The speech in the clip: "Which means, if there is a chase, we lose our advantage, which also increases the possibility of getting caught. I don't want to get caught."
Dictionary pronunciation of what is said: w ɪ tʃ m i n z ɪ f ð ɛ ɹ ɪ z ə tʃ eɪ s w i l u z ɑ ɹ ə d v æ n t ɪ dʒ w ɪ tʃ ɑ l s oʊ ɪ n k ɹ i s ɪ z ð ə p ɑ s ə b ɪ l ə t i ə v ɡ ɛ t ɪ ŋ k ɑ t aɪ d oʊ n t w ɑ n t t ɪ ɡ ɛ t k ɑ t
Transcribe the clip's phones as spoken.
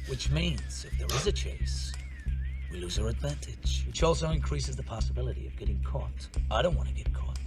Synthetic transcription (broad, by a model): w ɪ tʃ m i n z ɪ f ð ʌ ɹ ɪ z ə tʃ eɪ s w i l u z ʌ ɹ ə d v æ n t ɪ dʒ w ɪ tʃ ɑ l s oʊ ɪ n k ɹ i s ɪ z ð ə p ɑ s ə b ɪ l ə t i ə v ɡ ɛ t ɪ ŋ k ɑ t aɪ d oʊ n t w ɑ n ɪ ɡ ɛ t k ɑ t